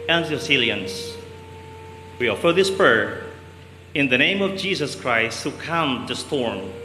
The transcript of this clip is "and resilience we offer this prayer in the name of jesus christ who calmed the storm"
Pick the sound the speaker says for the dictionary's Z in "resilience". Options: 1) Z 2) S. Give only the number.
2